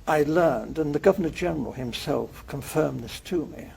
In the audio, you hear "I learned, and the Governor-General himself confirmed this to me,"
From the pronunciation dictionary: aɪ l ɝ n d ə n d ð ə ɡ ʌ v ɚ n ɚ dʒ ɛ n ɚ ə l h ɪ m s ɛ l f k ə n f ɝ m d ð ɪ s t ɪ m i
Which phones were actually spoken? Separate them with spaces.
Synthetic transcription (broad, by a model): aɪ l ɝ n d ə n ð ə ɡ ʌ v ɚ n ɚ dʒ ɛ n ɚ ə l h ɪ m s ɛ l f k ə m f ɝ m ð ɪ s t ɪ m i